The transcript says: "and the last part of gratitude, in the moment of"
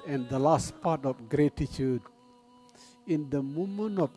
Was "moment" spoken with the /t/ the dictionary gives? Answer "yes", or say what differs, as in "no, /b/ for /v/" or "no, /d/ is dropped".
no, /t/ is dropped